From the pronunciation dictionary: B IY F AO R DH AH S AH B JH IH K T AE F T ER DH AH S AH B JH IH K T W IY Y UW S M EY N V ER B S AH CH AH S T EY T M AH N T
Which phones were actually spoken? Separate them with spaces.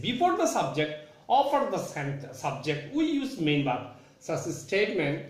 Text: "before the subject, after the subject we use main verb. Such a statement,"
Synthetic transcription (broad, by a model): B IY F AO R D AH S AH B JH IH K T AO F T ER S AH S AH B JH IH K T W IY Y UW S M EY N B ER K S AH S AH S T EY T M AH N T